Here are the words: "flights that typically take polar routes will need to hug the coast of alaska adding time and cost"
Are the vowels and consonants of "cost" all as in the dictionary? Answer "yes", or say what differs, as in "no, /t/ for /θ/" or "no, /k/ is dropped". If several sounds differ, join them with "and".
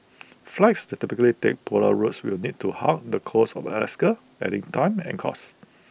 no, /t/ is dropped